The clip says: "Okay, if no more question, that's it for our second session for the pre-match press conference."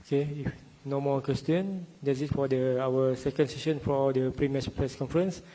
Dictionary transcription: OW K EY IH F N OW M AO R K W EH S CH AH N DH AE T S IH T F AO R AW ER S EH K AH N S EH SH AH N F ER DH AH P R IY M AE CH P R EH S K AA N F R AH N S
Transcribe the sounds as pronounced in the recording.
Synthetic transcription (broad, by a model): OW K EY IH F N OW M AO K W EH S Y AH N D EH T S IH T F AO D AW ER S EH K AH N S EH SH AH N F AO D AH P R IY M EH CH P R EH S K AA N F R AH N S